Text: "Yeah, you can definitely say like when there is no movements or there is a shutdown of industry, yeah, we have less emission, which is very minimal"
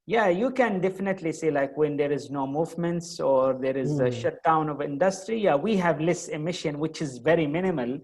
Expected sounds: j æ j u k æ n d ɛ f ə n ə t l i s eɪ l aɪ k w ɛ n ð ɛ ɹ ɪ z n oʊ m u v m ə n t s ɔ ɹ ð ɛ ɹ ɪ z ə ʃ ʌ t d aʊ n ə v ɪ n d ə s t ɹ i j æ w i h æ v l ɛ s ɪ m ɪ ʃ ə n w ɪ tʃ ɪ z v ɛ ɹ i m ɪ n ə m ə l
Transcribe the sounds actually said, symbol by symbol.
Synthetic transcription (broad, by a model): j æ j u k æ n d ɛ f ə n ə t l i s eɪ l aɪ k w ɛ n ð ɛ ɹ ɪ z n oʊ m u v m ə n t s ɔ ɹ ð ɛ ɹ ɪ z ə ʃ ʌ t d aʊ n ə v ɪ n d ə s t ɹ i j æ w i h æ v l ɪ s ɪ m ɪ ʃ ə n w ɪ tʃ ɪ z v ɛ ɹ i m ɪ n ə m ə l